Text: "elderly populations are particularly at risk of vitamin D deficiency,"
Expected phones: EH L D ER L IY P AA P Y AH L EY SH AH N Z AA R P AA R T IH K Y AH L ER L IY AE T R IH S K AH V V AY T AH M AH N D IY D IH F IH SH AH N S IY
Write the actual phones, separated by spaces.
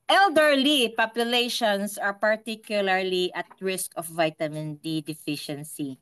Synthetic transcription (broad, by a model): EH L D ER L IY P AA P Y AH L EY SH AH N S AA R P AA R T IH K Y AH L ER L IY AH T R IH S K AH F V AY T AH M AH N D IY D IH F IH SH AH N S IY